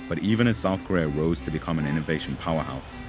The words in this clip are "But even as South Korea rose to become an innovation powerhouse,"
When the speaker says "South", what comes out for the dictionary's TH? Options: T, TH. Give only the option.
TH